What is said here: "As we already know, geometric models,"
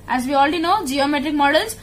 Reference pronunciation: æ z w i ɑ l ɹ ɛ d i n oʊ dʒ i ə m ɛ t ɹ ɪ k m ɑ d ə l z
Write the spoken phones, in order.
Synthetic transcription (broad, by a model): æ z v i ɑ l ɹ ɛ d i n oʊ dʒ i ə m ɛ t ɹ ɪ k m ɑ d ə l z